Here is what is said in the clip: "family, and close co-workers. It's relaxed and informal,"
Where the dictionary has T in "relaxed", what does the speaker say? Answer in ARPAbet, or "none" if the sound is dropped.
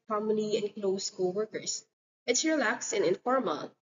none